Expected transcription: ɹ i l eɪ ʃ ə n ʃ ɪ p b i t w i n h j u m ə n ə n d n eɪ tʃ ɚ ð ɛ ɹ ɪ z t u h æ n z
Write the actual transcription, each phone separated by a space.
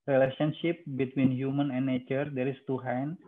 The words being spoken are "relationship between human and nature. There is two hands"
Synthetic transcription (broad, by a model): ɹ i l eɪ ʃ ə n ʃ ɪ p b i t w i n h j u m ə n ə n n eɪ tʃ ɚ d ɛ ɹ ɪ s t u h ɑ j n